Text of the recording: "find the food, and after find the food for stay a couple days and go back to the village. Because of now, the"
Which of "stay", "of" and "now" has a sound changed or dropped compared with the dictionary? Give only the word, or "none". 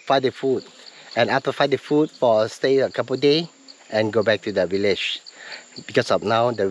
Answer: of